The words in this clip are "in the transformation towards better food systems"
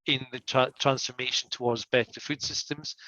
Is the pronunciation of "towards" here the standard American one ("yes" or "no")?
yes